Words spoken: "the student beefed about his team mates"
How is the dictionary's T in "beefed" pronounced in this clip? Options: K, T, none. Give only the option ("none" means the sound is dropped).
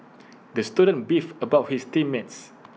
none